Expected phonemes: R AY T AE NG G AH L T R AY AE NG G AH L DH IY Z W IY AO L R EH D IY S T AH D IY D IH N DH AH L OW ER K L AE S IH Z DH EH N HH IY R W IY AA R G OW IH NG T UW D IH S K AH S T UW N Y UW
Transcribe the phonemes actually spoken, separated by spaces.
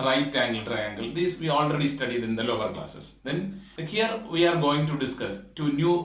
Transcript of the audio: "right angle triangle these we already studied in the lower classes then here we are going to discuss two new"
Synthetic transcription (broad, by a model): R AY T AE NG G AH L T R AY AE NG G AH L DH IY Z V IY AO L R EH D IY S T AH D IY D IH N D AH L OW ER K L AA S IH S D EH N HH IY R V IY AA R G OW IH NG T UW D IH S K AH S T UW N Y UW